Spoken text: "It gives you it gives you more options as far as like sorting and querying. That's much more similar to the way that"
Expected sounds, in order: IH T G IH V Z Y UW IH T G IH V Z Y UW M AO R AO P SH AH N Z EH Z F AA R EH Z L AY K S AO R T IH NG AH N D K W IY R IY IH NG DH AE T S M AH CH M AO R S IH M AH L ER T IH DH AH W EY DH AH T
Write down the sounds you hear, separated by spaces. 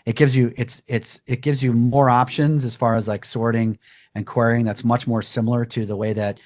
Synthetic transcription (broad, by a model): IH T G IH V Z Y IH IH T G IH V Z Y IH M AO R AO P SH AH N Z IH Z F AA R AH Z L AY K S AO R T IH NG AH N K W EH R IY IH NG DH AE T S M AH CH M AO R S IH M L ER T IH DH AH W EY DH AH T